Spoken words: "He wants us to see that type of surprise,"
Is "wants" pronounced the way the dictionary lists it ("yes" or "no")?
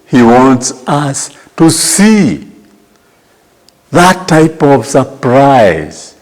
yes